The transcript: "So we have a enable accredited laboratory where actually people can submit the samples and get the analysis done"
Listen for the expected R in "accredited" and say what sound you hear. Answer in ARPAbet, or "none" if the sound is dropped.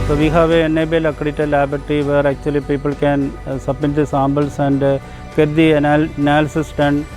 none